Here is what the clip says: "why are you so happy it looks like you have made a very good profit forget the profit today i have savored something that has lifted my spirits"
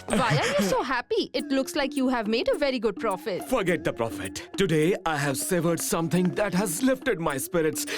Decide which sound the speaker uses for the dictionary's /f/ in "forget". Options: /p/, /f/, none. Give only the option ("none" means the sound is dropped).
/f/